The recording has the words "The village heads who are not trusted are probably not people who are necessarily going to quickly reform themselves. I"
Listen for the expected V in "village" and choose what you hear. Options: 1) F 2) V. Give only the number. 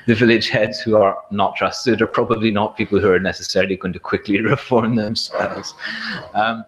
2